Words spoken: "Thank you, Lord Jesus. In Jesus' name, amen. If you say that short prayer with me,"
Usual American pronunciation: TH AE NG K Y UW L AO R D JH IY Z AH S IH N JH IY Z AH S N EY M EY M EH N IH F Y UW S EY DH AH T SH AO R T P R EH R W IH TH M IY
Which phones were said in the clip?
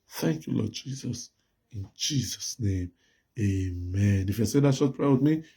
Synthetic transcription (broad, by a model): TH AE NG K Y UW L AO D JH IY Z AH S IH N JH IY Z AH S N EY M EY M EH N IH F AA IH S EY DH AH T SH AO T P R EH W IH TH M IY